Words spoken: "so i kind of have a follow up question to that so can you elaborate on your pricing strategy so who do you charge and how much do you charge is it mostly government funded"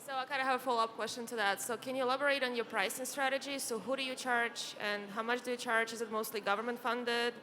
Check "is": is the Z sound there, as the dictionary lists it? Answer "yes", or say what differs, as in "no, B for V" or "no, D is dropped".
yes